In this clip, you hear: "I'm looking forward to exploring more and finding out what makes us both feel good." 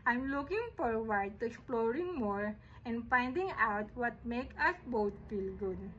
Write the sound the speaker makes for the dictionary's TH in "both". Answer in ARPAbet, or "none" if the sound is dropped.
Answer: T